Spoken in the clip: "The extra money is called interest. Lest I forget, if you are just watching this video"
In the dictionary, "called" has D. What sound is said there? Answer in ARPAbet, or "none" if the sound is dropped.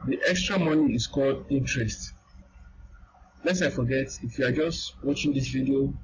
D